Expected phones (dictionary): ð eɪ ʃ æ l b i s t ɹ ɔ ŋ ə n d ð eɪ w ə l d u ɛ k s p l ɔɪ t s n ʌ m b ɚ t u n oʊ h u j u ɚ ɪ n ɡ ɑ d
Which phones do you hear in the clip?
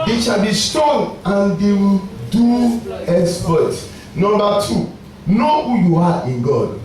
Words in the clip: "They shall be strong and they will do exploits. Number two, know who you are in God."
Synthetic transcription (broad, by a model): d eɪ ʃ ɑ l b i s t ɔ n ə n d eɪ w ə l d u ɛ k s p ɔɪ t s n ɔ m b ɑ t u n oʊ h u j u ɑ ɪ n ɡ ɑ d